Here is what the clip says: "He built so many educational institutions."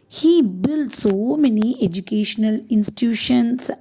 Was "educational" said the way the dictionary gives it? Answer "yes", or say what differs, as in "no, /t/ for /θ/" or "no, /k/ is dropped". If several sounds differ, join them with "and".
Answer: yes